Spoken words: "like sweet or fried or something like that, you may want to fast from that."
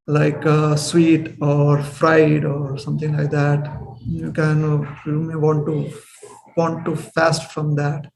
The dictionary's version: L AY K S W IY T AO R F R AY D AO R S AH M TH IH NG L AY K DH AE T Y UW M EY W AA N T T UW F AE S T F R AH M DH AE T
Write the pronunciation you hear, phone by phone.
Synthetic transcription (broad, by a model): L AY K S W IY T AO R F R AY D AO R S AH M T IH NG L AY K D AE T Y UW M EY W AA N T T UW F AE S T F R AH M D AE T